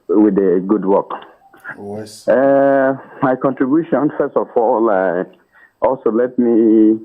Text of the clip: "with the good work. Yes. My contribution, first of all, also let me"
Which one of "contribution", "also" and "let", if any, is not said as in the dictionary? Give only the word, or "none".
none